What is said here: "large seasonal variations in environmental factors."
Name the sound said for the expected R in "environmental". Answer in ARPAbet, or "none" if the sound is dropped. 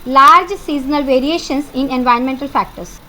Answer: none